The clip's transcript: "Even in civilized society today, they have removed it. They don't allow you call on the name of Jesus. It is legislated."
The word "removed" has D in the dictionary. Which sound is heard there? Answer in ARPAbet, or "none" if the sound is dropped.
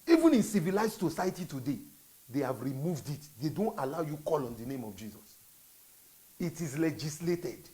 D